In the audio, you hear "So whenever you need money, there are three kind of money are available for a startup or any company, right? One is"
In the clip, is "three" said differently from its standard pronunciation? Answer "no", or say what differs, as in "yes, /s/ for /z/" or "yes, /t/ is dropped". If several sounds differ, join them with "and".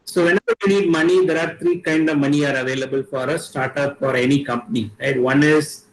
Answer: yes, /t/ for /θ/